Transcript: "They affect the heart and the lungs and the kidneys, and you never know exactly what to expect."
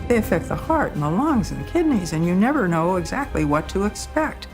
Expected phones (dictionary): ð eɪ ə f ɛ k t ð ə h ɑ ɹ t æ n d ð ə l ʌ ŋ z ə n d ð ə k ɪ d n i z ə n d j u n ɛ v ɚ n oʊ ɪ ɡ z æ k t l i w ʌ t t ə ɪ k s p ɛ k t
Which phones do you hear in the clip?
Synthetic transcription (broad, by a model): ð eɪ ə f ɛ k t ð ə h ɑ ɹ t n ð ə l ʌ ŋ z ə n ð ə k ɪ d n i z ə n j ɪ n ɛ v ɚ n oʊ ɪ ɡ z æ k t l i w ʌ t t ə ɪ k s p ɛ k t